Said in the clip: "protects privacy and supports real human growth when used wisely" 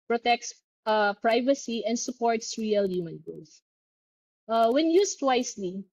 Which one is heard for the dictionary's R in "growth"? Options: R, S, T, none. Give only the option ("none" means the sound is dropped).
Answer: none